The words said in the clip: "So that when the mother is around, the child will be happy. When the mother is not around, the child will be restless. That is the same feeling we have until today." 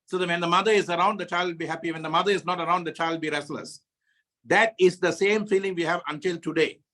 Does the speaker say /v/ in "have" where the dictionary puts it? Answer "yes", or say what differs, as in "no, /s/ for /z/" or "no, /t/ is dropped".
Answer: yes